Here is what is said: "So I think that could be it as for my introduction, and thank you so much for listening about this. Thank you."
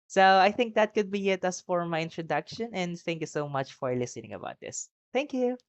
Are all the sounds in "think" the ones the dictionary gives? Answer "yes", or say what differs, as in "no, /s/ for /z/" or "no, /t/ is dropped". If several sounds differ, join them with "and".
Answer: yes